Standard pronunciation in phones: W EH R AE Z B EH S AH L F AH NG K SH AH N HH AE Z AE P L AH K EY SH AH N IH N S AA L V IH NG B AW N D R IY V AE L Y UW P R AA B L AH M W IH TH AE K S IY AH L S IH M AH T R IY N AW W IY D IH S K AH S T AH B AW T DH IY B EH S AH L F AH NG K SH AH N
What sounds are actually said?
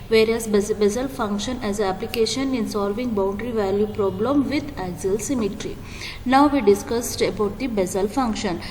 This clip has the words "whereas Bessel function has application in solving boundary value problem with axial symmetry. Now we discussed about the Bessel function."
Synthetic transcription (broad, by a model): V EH R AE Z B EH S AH L F AH NG K SH AH N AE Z AE P L AH K EY SH AH N IH N S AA L V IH NG B AW N D R IY V AE L Y UW P R AA B L AH M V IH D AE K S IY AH L S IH M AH T R IY N AW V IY D IH S K AH S T AH B AW T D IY B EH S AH L F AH NG K SH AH N